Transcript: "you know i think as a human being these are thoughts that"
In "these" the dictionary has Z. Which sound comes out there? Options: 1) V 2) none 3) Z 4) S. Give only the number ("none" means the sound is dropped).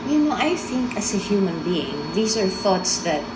4